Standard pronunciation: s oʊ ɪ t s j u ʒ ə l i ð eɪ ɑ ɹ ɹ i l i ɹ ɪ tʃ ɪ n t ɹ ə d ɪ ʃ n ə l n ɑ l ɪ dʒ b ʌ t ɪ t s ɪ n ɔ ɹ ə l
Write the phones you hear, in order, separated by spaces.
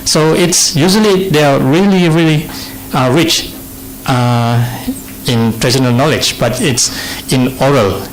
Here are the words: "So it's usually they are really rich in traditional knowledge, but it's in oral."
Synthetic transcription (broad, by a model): s oʊ ɪ t s j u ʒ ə l i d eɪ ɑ ɹ ɹ i l i ɹ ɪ tʃ ɪ n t ɹ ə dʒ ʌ n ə l n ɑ l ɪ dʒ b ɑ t ɪ t s ɪ n ɔ ɹ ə l